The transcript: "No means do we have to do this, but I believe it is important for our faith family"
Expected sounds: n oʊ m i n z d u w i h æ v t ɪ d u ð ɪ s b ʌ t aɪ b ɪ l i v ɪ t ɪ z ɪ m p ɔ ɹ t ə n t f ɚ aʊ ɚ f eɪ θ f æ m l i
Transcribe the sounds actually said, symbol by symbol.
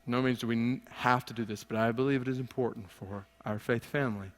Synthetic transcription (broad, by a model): n oʊ m i n z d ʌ w i h æ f t ɪ d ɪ ð ɪ s b ʌ t aɪ b ɪ l i v ɪ t ɪ z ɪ m p ɔ ɹ t n t f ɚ aʊ ɚ f eɪ θ f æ m l i